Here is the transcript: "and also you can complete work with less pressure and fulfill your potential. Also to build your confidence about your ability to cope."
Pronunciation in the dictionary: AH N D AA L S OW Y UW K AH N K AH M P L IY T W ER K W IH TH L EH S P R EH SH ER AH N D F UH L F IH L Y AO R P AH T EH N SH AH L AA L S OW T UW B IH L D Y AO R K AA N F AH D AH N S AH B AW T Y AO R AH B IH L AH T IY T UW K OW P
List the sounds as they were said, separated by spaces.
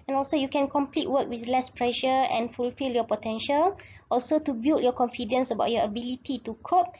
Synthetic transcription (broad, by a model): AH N AA L S OW Y UW K AH N K AH M P L IY T W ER K W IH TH L EH S P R EH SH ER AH N F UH L F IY L Y AO P AH T EH N SH AH L AA L S OW T UW B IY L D Y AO K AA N F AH D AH N S AH B AW T Y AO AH B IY L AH T IY T UW K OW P